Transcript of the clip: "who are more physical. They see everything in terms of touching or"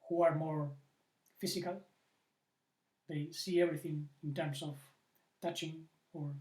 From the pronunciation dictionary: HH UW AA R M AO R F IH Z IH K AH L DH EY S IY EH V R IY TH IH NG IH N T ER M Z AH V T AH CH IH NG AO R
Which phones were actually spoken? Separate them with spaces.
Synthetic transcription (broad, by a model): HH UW AA R M AO R F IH S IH K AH L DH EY S IY EH V R IY TH IH NG IH N T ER M S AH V T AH CH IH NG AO R